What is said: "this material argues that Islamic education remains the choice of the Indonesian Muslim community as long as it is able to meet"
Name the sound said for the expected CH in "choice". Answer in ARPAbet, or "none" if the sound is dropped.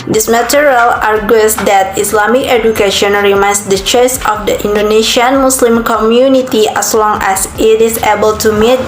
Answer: CH